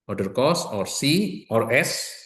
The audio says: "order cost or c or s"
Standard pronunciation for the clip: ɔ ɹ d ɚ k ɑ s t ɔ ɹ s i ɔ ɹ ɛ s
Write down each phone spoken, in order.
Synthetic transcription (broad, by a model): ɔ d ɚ k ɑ s ɔ ɹ s i ɔ ɹ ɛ s